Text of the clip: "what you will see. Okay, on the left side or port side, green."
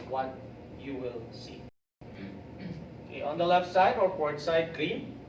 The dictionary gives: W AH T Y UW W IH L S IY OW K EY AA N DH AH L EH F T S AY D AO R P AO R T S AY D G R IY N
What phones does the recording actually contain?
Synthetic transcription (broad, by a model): W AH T Y UW W IH L S IY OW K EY AA N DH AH L EH F T S AY D AO R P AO R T S AY D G R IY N